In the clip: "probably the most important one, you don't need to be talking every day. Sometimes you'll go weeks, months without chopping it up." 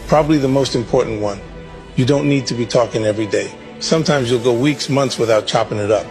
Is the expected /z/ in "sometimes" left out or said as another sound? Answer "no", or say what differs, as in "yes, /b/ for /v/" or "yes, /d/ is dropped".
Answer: no